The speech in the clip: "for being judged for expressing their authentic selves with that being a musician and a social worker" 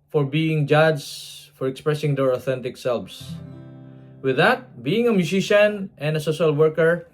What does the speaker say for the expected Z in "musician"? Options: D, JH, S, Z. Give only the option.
S